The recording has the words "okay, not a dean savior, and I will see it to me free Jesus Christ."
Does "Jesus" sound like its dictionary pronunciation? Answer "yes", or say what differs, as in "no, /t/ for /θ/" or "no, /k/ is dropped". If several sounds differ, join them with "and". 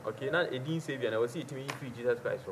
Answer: no, /s/ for /z/